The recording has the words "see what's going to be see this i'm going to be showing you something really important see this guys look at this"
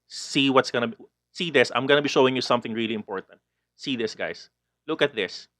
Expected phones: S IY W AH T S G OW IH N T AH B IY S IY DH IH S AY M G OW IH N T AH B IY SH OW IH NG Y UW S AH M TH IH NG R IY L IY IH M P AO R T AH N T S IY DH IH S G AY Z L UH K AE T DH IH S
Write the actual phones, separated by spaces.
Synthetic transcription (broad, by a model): S IY W AH T S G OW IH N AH B IY S IY DH IH S AY M G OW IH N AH B IY SH OW IH NG Y UW S AH M TH IH NG R IY L IY IH M P AO R T AH N T S IY DH IH S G AY S L UH K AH T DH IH S